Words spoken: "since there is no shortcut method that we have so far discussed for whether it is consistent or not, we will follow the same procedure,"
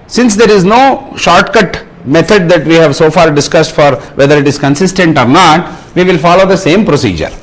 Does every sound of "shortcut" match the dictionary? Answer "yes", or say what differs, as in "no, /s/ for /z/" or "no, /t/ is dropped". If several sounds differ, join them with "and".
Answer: yes